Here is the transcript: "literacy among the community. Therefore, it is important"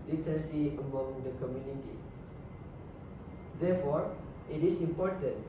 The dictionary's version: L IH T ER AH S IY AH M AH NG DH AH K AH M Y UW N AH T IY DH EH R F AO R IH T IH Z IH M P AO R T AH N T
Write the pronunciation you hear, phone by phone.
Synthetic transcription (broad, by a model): L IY T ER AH S IY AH M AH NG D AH K AH M Y UW N AH T IY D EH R F AO R IH T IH S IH M P AO R T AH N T